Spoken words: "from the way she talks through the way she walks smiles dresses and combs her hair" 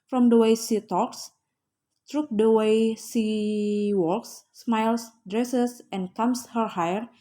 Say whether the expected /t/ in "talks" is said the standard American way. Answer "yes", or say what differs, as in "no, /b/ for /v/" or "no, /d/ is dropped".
yes